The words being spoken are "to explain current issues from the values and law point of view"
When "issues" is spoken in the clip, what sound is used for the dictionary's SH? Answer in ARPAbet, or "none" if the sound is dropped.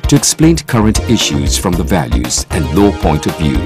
SH